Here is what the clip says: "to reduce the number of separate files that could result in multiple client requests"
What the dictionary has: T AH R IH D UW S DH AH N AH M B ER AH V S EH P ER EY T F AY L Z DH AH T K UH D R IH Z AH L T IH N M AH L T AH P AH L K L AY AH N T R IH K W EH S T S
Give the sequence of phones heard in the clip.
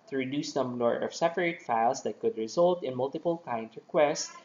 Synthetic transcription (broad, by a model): T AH R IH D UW S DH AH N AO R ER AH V S EH P ER EY T F AY L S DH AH T K UH D R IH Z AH L T IH N M AH L T AH P AH L K AY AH N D R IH K W EH S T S